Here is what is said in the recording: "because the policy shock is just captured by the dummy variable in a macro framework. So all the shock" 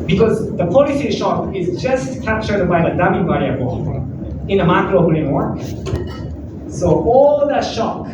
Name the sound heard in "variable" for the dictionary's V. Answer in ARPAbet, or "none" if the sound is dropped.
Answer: B